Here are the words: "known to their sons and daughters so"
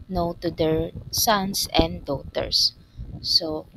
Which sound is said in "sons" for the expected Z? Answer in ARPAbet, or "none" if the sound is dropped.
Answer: S